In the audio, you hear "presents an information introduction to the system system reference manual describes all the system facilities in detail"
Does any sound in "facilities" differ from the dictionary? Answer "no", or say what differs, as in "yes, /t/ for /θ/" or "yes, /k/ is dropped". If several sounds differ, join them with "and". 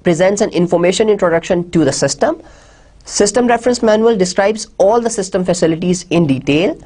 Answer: no